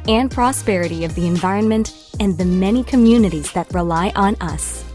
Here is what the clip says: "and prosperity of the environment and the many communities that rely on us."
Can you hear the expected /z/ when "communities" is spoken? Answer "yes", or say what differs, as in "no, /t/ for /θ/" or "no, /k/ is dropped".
yes